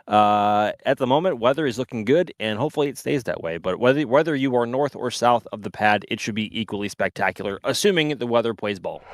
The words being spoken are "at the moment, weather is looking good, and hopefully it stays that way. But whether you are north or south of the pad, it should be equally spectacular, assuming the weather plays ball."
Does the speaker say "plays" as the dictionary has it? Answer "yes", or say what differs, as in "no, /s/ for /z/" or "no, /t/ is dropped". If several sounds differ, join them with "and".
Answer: no, /l/ is dropped